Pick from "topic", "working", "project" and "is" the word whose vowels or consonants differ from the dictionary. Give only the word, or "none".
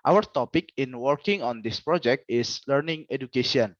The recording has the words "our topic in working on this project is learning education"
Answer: is